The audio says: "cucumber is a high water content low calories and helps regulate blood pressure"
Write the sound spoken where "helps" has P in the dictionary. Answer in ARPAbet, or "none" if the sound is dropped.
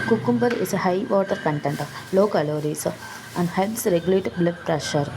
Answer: none